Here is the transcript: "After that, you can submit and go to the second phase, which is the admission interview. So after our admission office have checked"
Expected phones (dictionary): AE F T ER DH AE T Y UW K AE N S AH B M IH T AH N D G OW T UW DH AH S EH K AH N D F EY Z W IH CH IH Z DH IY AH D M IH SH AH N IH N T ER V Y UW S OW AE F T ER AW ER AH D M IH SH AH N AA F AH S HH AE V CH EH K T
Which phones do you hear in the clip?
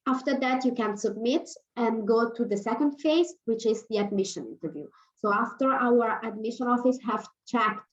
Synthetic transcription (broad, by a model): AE F T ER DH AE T Y UW K AE N S AH B M IH T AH N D G OW T UW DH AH S EH K AH N D F EY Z W IH CH IH Z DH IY AH D M IH SH AH N IH N T ER V Y UW S OW AE F T ER AW ER AH D M IH SH AH N AA F AH S HH AE V CH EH K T